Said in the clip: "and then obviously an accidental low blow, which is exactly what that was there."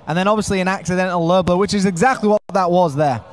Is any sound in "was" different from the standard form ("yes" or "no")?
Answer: no